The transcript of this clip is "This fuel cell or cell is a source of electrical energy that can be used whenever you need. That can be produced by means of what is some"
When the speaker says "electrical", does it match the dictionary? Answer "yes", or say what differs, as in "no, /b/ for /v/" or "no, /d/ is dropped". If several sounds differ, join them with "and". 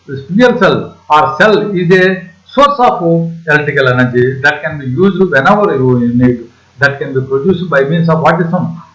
no, /l/ is dropped and /ɹ/ is dropped